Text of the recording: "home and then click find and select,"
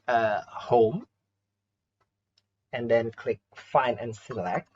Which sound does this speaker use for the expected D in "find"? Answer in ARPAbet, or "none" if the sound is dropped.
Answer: none